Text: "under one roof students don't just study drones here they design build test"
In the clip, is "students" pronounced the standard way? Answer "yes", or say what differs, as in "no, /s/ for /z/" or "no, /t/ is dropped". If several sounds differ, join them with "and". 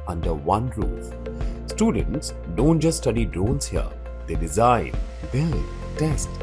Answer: yes